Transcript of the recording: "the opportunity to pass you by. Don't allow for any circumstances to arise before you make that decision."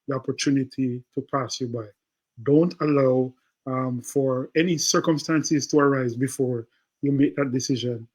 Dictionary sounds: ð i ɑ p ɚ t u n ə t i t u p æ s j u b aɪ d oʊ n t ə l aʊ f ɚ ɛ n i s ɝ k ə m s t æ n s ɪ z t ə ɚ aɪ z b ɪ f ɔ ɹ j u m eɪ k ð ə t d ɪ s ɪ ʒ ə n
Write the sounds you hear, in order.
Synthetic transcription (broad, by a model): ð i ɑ p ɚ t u n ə t i t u p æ s j u b aɪ d oʊ n t ə l aʊ f ɚ ɛ n i s ɝ k ə m s t æ n s ɪ z t ə ɚ aɪ z b ɪ f ɔ ɹ j u m eɪ k ð ə t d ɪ s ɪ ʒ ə n